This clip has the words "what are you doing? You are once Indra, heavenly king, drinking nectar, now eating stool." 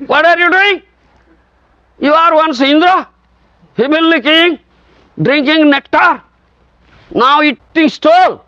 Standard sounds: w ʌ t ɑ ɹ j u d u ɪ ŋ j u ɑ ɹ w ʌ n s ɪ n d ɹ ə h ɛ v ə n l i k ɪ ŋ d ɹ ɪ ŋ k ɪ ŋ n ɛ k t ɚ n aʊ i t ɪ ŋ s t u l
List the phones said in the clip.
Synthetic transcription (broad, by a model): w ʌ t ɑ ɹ j u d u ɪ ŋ j u ɑ ɹ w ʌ n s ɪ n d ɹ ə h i b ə l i k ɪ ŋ d ɹ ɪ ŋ k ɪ ŋ n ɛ k t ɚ n aʊ i t ɪ ŋ s t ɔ l